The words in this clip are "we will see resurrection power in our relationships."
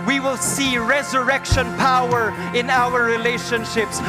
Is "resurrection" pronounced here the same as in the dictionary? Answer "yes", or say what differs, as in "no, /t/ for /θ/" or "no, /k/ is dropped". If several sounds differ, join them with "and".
yes